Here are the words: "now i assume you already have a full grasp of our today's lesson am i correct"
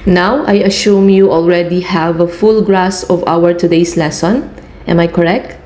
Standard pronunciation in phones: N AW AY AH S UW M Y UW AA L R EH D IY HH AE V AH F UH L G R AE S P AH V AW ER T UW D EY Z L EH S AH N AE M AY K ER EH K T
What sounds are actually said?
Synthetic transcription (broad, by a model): N AW AY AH SH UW M Y UW AA L R EH D IY HH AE V AH F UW L G R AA S AH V AW ER T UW D EY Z L EH S AH N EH M AY K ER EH K T